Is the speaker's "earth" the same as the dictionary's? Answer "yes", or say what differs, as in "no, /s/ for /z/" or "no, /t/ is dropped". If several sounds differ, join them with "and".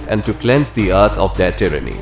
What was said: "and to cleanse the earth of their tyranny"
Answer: no, /t/ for /θ/